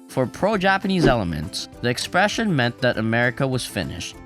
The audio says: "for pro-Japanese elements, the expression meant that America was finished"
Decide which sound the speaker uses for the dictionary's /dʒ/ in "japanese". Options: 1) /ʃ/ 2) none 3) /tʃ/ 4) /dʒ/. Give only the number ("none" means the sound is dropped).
4